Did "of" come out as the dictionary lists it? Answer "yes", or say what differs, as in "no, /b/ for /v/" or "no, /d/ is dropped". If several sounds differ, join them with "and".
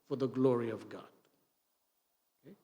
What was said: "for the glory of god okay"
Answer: yes